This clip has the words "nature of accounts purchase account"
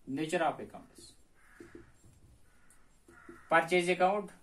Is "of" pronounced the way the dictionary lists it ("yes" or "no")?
no